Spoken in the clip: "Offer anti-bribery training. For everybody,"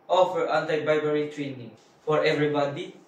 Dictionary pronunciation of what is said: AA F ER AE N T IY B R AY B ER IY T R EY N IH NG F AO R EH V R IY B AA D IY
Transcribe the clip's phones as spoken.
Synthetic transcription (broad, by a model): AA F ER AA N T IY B AY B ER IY T R EY N IH NG F AO R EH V R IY B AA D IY